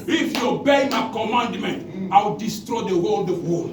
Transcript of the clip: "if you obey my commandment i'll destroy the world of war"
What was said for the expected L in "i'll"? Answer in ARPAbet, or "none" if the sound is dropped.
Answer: W